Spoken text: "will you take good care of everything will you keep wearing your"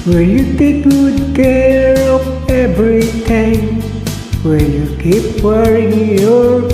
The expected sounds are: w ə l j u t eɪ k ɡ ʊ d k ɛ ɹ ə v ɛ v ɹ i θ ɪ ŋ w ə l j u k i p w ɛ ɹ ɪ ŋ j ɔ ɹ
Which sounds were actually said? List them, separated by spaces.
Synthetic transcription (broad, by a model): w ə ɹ j u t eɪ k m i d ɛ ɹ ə p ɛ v ɹ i t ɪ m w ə j u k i p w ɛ ɹ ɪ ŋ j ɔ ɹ